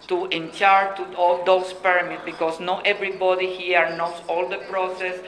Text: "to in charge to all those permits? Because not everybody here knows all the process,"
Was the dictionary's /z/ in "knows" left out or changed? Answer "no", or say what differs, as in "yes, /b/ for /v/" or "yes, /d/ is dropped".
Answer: yes, /s/ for /z/